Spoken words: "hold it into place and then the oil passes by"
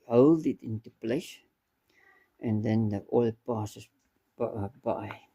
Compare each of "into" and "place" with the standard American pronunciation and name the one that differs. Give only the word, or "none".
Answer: place